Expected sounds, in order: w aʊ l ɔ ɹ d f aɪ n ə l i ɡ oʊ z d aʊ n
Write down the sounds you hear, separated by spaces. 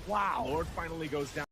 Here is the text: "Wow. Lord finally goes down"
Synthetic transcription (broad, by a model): w aʊ l ɔ ɹ d f aɪ n l i ɡ oʊ z d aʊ